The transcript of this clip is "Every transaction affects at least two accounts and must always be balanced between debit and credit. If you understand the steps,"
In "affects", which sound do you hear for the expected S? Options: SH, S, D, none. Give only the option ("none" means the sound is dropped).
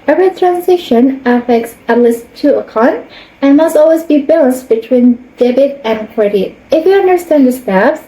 S